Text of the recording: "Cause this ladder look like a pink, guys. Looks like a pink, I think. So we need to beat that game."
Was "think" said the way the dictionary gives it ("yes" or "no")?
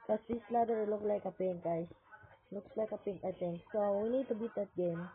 no